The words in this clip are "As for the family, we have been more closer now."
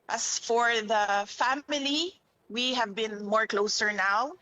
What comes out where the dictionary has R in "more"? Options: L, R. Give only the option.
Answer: R